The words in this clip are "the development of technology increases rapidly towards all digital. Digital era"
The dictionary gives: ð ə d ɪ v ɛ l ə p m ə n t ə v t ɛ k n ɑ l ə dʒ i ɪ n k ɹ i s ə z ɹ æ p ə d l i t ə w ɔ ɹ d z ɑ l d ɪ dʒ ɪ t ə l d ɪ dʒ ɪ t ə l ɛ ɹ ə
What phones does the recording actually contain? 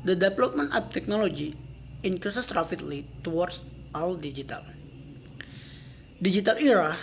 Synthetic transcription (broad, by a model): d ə d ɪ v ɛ l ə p m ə n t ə p t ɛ k n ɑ l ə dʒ i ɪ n k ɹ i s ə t ɹ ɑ f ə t l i t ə w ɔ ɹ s ɑ l d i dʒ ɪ t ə l d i dʒ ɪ t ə l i ɹ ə